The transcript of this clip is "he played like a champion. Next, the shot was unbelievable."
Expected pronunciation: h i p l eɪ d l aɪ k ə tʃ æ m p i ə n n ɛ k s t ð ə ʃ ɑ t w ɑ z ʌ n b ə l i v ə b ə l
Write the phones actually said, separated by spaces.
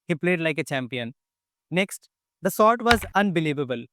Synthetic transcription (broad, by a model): h i p l eɪ d l aɪ k ə tʃ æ m p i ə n n ɛ k s t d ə s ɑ t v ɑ z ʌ n b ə l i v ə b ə l